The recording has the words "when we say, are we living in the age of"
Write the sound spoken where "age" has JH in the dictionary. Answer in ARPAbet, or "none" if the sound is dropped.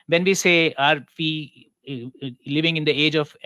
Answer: JH